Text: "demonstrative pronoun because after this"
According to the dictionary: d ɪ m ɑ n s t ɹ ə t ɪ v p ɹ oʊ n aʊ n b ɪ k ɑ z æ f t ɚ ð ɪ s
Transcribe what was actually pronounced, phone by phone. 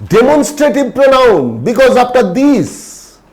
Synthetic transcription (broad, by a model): d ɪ m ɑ n s t ɹ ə t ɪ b p ɹ oʊ n aʊ n b ɪ k ɑ z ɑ p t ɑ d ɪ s